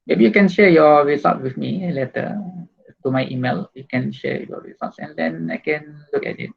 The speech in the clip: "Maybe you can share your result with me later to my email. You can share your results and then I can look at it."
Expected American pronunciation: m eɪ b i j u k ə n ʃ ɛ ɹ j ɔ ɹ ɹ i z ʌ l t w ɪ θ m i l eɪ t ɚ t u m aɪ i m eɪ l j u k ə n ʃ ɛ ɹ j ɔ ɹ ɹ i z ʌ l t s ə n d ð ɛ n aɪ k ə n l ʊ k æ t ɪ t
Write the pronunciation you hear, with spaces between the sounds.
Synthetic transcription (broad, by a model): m eɪ b i j u k ə n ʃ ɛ j ɔ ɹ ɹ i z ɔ t w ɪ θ m i l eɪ t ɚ t u m aɪ i m eɪ l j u k ə n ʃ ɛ j ɔ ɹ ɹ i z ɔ t s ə n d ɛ n aɪ k ə n l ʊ k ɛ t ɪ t